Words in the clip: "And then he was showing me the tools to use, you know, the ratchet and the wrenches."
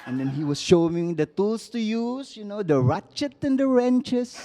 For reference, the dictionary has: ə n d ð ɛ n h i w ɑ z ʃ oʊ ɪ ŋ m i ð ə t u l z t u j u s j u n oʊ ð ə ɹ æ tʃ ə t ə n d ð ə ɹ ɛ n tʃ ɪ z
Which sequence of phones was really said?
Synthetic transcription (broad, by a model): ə n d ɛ n h i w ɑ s ʃ oʊ ɪ ŋ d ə t u l s t u j u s j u n oʊ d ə ɹ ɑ tʃ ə t ə n d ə ɹ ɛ n tʃ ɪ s